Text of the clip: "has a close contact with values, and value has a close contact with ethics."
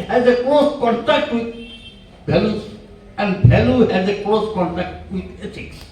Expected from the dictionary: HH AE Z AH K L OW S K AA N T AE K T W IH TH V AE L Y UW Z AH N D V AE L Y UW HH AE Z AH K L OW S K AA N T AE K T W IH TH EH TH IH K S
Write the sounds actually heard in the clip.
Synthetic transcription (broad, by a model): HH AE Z AH K L OW S K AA N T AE K T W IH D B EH L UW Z AH N D B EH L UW HH AE Z AH K L OW S K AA N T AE K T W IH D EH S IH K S